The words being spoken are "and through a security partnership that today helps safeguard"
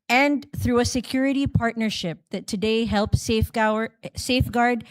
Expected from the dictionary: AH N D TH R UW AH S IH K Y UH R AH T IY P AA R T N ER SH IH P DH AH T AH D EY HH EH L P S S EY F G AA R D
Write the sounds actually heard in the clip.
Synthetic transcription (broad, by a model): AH N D TH R UW AH S IH K Y UH R AH T IY P AA R T N ER SH IH P DH AH T AH D EY HH EH L P S S EY F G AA R D